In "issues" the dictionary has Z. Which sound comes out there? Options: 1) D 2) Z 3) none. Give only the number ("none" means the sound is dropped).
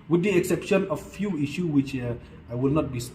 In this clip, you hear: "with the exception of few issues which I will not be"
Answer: 3